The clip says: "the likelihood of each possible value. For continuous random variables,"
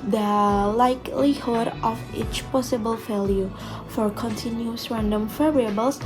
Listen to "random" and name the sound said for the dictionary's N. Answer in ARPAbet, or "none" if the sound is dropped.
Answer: N